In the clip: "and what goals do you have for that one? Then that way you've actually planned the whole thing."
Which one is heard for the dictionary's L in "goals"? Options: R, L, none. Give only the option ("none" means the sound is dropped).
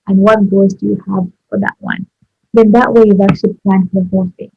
none